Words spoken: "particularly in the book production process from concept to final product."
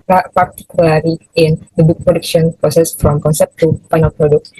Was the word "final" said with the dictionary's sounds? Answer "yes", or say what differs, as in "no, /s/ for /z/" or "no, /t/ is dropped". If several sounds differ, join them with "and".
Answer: no, /p/ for /f/